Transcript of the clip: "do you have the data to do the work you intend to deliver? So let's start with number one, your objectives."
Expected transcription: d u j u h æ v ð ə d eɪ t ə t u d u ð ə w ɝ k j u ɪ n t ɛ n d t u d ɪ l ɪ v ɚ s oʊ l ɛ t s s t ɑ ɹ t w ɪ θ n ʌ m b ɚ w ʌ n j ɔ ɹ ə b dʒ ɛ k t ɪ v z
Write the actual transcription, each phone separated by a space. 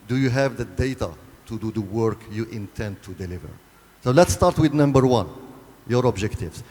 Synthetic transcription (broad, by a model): d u j u h æ v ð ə d eɪ t ə t u d u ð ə w ɝ k j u ɪ n t ɛ n d t u d ɪ l ɪ v ɚ s oʊ l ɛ t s s t ɑ ɹ t w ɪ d n ʌ m b ɚ w ʌ n j ɔ ɹ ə b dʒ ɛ k t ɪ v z